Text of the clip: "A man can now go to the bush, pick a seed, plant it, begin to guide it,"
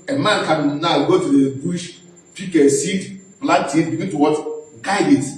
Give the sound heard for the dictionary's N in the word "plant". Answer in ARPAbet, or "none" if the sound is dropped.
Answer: none